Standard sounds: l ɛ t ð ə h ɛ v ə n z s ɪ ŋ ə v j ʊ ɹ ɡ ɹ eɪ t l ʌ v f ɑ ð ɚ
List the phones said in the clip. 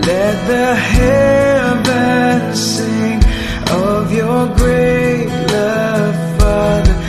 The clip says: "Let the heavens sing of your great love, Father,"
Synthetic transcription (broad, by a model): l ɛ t ð ə h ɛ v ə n s ɪ ŋ ə v j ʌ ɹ ɡ ɹ eɪ t l ʌ v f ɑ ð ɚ